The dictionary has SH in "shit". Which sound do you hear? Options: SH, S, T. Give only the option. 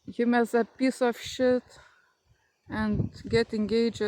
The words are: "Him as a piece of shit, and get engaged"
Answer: SH